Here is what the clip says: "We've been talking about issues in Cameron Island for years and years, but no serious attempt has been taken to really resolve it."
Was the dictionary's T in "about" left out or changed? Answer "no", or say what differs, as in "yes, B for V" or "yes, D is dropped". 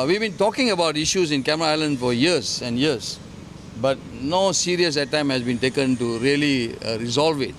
no